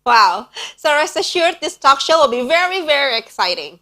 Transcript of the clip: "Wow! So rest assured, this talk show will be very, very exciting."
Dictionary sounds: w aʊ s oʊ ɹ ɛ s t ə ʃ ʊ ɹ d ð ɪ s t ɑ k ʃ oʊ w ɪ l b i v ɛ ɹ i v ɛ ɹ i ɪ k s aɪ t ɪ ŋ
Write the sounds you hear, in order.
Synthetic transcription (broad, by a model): w aʊ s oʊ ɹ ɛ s ə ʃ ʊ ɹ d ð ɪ s t ɑ k ʃ oʊ w ɪ l b i v ɛ ɹ i v ɛ ɹ i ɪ k s aɪ t ɪ ŋ